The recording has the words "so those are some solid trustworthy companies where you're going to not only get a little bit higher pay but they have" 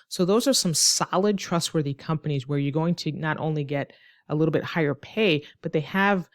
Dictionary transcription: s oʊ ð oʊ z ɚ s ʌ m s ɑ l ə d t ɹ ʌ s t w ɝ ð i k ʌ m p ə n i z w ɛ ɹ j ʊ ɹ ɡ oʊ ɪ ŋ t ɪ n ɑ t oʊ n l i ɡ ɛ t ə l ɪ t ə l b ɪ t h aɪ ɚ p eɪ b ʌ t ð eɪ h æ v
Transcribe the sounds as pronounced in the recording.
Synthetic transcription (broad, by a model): s oʊ ð oʊ z ɚ s ʌ m s ɑ l ə d t ɹ ʌ s t w ɝ ð i k ʌ m p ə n i z w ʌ ɹ j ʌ ɹ ɡ oʊ ɪ ŋ t ɪ n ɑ t oʊ n l i ɡ ɛ t ə l ɪ t l b ɪ t h aɪ ɚ p eɪ b ʌ t ð eɪ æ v